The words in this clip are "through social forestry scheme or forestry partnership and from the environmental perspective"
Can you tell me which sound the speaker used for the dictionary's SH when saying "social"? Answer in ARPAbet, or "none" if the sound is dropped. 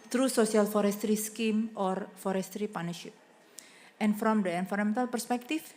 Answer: S